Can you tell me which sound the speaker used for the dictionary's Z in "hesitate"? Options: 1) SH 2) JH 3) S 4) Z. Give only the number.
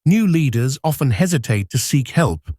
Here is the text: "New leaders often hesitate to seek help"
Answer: 4